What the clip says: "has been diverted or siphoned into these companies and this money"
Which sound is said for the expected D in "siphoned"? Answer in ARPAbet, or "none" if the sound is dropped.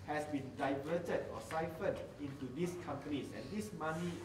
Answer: none